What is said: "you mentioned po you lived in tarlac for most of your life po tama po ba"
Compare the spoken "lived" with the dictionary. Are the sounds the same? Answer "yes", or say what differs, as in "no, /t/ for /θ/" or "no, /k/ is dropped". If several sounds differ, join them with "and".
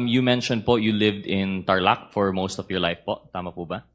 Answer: yes